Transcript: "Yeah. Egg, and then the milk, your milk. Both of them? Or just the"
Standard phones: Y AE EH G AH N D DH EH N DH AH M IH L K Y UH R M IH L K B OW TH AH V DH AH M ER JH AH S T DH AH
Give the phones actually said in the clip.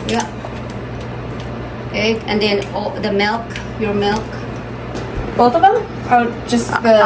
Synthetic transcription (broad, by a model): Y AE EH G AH N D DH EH N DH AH M IH L K Y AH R M IH L K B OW T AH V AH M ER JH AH S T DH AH